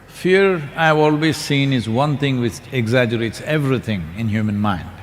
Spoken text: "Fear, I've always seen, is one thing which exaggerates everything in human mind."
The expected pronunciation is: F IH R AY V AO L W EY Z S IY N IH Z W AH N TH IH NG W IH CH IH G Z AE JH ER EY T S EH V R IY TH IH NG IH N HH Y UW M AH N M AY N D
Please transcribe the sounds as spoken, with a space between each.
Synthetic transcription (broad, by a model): F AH R AY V AO L W EY Z S IY N IH Z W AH N T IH NG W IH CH IH G Z AE JH ER EY T S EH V R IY T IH NG IH N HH Y UW M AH N M AY N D